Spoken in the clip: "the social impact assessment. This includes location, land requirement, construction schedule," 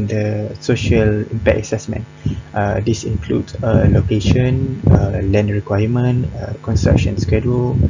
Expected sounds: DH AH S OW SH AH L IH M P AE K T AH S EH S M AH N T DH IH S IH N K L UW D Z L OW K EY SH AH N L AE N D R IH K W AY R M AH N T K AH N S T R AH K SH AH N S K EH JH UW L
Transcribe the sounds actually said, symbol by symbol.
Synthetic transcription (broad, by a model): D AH S OW SH AH L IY M P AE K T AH S EH S M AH N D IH S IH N K L UW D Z L OW K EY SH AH N L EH N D R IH K W AY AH M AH N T K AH N S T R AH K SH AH N S K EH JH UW L